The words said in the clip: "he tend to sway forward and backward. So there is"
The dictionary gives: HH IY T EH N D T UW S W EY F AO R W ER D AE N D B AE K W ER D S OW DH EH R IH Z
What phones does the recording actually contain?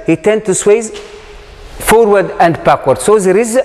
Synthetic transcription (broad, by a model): HH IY T EH N D T UW S W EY F AO R W ER D AE N D B AE K W ER D S OW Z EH R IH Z